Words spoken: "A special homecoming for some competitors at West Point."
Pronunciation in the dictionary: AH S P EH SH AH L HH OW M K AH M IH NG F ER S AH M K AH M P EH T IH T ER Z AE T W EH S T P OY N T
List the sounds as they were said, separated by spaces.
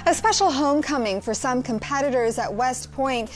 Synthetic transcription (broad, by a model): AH S P EH SH L HH OW M K AH M IH NG F ER S AH M K AH M P EH T IH T ER Z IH T W EH S T P OY N T